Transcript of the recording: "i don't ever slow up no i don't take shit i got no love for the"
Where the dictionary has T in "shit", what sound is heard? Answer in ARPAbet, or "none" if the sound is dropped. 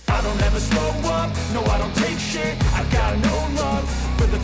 none